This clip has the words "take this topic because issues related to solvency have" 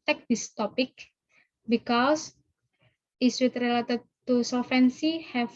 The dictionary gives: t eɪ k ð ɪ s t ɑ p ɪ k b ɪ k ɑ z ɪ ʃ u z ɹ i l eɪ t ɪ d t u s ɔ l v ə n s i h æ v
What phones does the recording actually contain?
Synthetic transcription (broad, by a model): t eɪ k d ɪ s t ɑ p ɪ k b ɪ k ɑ s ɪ s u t ɹ i l eɪ t ɪ d t u s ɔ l f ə n s i h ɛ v